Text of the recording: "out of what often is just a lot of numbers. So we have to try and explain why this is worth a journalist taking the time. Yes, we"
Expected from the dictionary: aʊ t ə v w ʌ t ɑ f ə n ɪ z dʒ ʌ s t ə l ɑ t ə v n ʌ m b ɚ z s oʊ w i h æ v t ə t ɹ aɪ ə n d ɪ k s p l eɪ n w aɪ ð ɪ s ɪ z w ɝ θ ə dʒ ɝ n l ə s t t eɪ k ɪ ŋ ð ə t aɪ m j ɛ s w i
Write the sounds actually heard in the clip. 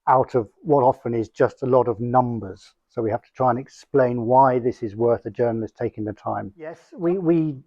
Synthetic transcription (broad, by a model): aʊ t ə v w ʌ t ɑ f ə n ɪ z dʒ ʌ s t ə l ɑ t ə v n ʌ m b ɚ z s oʊ w i h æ f t ə t ɹ aɪ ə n ɪ k s p l eɪ n w aɪ ð ɪ s ɪ z w ɝ θ ə dʒ ɝ n l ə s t t eɪ k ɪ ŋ ð ə t aɪ m j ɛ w w i